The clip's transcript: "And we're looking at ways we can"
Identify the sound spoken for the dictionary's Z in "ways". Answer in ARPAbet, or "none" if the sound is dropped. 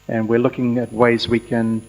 Z